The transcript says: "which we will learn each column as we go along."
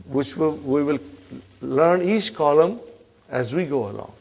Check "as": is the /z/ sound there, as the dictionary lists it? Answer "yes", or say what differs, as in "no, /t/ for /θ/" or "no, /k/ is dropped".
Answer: yes